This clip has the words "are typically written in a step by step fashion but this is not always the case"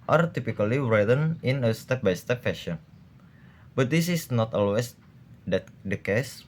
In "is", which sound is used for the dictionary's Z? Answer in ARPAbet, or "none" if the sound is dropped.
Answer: S